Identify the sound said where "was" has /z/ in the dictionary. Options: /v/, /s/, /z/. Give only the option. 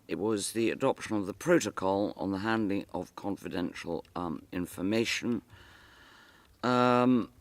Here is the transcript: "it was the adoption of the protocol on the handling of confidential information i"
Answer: /z/